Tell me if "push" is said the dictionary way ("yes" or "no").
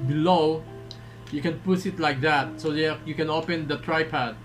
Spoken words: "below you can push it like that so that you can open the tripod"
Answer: no